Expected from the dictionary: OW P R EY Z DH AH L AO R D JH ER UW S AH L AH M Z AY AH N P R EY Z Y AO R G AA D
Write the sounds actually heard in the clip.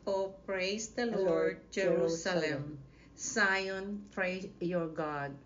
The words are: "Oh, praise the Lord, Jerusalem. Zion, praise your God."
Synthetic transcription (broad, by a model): OW P R EY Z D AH L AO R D JH ER UW S AH L AH M S AY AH N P R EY Y AO R G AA D